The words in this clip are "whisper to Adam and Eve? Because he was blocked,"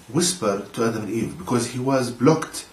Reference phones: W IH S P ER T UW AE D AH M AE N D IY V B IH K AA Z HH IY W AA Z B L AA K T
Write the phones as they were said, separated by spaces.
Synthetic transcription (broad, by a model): W IH S P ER T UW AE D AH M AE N IY V B IH K AA Z HH IY W AA Z B L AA K T